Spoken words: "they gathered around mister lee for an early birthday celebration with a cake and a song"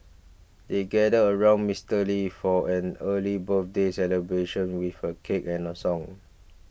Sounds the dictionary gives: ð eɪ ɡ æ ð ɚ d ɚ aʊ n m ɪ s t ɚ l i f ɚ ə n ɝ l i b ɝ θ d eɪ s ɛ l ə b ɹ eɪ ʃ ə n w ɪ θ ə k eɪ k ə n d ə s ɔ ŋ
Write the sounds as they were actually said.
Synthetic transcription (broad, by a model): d eɪ ɡ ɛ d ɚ ɚ aʊ n m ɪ s t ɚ l i f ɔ ə n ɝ l i b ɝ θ d eɪ s ɛ l ə b ɹ eɪ ʃ ə n w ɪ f ə k eɪ k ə n ə s ɔ ŋ